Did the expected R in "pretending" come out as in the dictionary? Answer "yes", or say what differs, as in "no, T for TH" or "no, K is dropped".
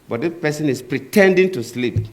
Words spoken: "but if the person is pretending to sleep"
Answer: yes